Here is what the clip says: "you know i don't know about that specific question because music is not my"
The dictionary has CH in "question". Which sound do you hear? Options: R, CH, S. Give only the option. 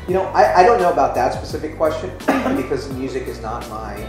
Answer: CH